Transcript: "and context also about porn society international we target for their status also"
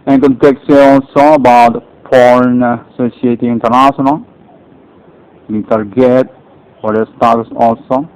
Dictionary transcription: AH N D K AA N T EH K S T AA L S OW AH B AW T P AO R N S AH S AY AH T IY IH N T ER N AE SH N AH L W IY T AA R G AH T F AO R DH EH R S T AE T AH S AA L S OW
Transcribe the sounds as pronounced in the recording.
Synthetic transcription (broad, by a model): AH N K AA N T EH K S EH AA L S OW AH B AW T F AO R N S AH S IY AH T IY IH N T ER N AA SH N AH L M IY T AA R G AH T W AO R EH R S T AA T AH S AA L S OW